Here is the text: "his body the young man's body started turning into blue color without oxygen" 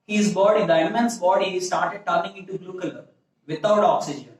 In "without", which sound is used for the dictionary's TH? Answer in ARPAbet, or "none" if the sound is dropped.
T